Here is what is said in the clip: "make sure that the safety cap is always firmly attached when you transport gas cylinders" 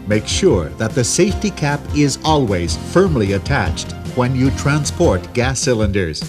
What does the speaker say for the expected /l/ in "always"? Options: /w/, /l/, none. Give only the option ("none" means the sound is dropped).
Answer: /l/